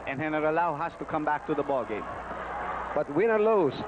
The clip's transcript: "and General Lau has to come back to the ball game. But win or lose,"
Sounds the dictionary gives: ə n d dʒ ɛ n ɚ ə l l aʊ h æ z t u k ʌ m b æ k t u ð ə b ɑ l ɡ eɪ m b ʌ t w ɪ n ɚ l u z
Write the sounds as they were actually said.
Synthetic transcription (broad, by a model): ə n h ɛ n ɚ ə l l aʊ h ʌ s t u k ʌ m b æ k t u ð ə b ɑ l ɡ eɪ m b ʌ t w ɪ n ɚ l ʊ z